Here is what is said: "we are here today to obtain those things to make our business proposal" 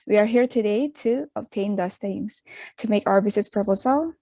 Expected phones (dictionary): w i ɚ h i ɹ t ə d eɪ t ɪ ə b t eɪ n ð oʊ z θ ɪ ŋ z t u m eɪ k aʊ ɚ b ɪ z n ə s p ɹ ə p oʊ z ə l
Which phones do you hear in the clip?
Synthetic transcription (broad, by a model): w i ɚ h i ɹ t ə d eɪ t ɪ ə b t eɪ n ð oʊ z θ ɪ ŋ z t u m eɪ k aʊ ɚ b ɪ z ə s p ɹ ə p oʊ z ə l